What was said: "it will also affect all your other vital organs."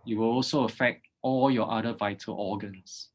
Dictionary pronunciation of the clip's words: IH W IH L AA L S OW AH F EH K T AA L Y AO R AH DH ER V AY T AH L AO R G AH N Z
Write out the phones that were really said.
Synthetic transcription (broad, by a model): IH W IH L AA L S OW AH F EH K T AA L Y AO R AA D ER V AY T AH L AO G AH N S